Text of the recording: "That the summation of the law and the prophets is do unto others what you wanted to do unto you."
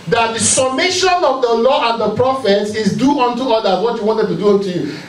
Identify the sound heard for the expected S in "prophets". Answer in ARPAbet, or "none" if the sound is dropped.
S